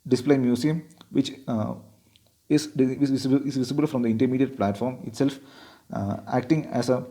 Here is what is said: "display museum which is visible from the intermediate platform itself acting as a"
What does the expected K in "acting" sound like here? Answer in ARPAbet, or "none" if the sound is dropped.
K